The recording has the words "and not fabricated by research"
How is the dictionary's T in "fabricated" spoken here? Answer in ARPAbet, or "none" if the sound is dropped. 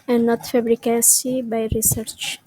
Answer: S